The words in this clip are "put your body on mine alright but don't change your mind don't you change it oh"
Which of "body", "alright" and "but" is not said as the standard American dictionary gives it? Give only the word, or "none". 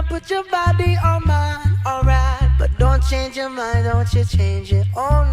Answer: none